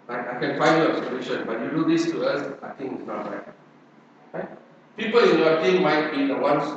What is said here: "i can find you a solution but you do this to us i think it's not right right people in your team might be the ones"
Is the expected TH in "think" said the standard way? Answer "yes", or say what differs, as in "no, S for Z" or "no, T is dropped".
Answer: no, T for TH